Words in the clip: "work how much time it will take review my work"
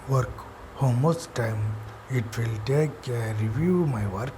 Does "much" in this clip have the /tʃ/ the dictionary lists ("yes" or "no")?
no